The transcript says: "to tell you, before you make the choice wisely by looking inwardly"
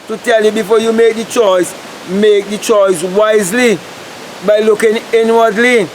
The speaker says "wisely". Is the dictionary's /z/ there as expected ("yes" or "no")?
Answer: yes